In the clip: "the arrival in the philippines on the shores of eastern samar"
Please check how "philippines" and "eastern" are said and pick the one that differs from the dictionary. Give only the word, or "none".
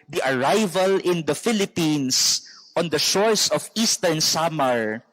philippines